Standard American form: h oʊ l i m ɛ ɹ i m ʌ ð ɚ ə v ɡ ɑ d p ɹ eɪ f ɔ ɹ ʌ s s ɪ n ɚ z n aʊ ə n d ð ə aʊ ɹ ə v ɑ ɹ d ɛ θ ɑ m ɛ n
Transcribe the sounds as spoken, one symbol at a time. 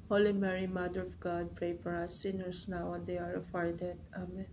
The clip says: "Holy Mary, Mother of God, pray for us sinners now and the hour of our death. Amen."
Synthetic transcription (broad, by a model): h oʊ l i m ɛ ɹ i m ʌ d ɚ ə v ɡ ɑ d p ɹ eɪ f ɔ ɹ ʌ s s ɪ n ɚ s n aʊ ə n d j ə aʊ ɹ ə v ɑ ɹ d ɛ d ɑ m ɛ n